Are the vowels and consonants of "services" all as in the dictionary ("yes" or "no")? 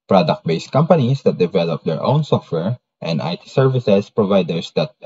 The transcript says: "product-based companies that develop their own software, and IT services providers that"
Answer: no